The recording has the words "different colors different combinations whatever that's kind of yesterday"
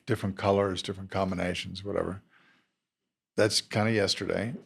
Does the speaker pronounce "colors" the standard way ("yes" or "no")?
yes